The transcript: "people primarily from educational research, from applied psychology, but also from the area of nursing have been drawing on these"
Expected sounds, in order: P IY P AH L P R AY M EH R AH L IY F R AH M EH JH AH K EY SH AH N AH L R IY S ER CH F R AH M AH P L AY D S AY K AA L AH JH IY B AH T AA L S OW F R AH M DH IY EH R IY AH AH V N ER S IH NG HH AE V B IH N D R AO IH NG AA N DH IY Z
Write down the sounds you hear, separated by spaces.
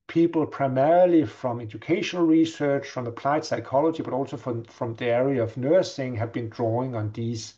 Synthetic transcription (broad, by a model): P IY P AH L P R AY M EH R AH L IY F R AH M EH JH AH K EY SH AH N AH L R IY S ER CH F R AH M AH P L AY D S AY K AA L AH JH IY B AH T AA L S OW F R AH M DH IY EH R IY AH AH V N ER S IH NG HH AE V B IH N D R AO IH NG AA N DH IY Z